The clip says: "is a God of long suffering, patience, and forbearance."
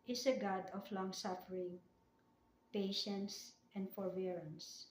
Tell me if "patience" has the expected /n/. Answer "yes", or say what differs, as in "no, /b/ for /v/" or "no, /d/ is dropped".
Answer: yes